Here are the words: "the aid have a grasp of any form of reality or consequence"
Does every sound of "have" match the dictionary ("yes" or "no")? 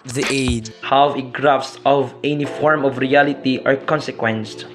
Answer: no